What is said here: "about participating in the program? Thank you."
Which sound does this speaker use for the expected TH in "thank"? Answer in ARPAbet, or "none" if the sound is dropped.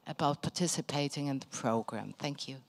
TH